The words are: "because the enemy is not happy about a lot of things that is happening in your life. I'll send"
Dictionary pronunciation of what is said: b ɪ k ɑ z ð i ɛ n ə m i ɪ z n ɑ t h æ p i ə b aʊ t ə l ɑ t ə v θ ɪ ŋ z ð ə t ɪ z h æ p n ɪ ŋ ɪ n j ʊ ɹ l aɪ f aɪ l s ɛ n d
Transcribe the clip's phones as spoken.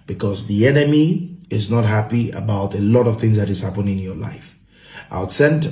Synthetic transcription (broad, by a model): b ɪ k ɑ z ð i ɛ n ə m i ɪ z n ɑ t h æ p i ə b aʊ t ə l ɑ t ə v θ ɪ ŋ z ð ə t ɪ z h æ p ɪ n ɪ n j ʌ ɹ l aɪ f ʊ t s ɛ n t